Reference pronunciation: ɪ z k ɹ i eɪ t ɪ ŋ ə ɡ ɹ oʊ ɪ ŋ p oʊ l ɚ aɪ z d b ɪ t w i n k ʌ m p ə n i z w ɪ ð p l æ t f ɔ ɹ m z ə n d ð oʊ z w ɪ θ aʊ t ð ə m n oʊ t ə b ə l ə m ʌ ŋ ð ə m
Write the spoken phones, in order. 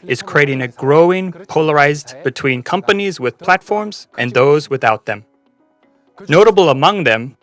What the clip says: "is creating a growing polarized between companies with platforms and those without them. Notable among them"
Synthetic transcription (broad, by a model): ɪ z k ɹ i eɪ t ɪ ŋ ə ɡ ɹ oʊ ɪ ŋ p oʊ l ɚ aɪ z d b ɪ t w i n k ʌ m p ə n i z w ɪ ð p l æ t f ɔ ɹ m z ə n ð oʊ z w ɪ θ aʊ t ð ə m n oʊ t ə b l ə m ʌ ŋ ð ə m